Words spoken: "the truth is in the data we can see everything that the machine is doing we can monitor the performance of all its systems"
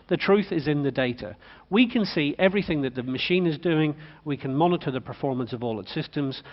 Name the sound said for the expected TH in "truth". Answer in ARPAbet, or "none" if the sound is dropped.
TH